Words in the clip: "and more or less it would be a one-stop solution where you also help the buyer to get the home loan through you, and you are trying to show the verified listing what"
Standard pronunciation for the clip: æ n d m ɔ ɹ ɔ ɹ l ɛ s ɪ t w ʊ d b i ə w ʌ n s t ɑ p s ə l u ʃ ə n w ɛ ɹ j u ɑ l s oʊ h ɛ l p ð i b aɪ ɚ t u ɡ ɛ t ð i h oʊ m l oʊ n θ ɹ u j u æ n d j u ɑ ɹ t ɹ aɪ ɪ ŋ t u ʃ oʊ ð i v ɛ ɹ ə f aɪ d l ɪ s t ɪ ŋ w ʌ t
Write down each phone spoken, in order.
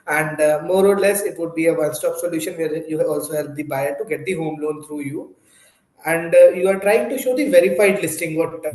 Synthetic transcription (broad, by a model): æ n d m ɔ ɹ ɔ ɹ l ɛ s ɪ t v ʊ d b i ə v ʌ s t ɑ p s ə l u ʃ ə n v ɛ ɹ j u ɑ l s oʊ h ɛ l p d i b aɪ ɚ t u ɡ ɛ t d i h oʊ m l oʊ n t ɹ u j u æ n d j u ɑ ɹ t ɹ aɪ ɪ ŋ t u ʃ oʊ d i v ɛ ɹ ə f aɪ d l ɪ s t ɪ ŋ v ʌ t